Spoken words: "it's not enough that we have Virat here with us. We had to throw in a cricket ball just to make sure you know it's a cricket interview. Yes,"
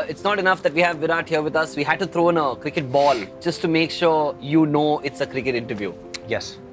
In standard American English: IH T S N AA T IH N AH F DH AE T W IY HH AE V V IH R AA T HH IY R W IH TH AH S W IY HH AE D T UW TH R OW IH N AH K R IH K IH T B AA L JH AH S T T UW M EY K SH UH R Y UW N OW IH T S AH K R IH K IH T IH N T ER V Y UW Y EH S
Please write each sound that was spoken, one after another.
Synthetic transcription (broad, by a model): IH T S N AA T IH N AH F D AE T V IY HH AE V V IH R AA T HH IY R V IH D AH S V IY HH AE D T UW T R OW IH N AH K R IH K IH T B AA L JH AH S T T UW M EY K SH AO R Y UW N OW IH T S AH K R IH K IH T IH N T ER V Y UW Y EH S